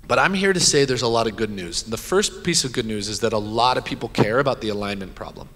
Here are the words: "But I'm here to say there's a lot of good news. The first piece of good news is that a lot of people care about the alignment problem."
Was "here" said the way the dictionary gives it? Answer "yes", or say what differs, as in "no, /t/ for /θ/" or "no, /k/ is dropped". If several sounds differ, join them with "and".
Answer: yes